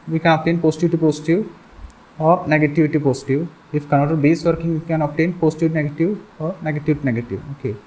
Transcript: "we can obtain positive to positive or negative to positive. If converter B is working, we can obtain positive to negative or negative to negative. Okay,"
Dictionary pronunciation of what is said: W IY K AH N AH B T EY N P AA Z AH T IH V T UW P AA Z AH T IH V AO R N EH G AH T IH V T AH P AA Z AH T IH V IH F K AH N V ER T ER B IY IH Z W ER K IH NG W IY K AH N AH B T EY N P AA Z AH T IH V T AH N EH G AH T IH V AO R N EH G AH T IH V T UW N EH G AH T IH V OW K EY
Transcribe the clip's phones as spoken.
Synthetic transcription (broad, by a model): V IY K AH N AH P T EY N P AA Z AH T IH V T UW P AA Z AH T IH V AO R N EH G AH T IH V T AH P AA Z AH T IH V IH F K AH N ER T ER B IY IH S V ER K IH NG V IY K AH N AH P T EY N P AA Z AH T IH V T N EH G AH T IH V AO R N EH G AH T IH V T UW N EH G AH T IH V OW K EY